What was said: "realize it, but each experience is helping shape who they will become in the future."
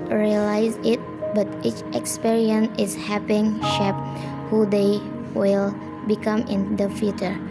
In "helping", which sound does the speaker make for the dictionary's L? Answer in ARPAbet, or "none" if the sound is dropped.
none